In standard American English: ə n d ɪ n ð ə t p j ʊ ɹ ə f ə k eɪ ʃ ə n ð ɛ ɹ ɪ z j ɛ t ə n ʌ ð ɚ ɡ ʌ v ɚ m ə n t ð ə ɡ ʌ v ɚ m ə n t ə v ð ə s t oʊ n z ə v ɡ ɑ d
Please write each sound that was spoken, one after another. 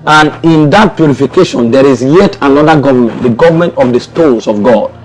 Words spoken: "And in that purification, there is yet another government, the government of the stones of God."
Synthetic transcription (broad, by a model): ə n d ɪ n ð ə t p j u ɹ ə f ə k eɪ ʃ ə n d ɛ ɹ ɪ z j ɛ t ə n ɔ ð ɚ ɡ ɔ v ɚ m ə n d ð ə ɡ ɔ v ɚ m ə n t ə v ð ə s t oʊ z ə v ɡ ɑ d